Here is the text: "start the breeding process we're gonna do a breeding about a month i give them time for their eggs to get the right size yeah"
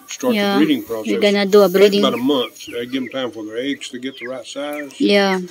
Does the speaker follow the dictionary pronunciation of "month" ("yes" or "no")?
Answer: yes